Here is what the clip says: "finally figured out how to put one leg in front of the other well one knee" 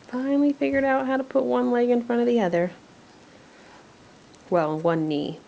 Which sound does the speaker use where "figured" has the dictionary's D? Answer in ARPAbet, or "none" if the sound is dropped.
D